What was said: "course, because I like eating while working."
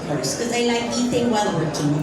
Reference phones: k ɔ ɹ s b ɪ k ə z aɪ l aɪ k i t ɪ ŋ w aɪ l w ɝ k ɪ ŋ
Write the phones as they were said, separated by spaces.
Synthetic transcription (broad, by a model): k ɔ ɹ s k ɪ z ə ɪ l aɪ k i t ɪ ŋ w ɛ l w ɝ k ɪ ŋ